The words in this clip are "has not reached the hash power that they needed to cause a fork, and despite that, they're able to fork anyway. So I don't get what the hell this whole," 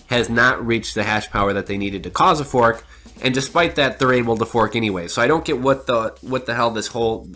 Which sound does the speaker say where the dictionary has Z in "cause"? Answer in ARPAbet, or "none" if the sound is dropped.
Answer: Z